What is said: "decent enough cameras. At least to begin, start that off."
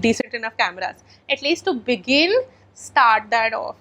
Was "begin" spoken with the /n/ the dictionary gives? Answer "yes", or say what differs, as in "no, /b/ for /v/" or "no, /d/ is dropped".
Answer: no, /l/ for /n/